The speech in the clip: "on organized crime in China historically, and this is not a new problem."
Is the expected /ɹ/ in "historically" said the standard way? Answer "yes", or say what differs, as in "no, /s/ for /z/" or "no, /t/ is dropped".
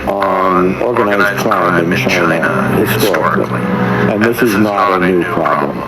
no, /ɹ/ is dropped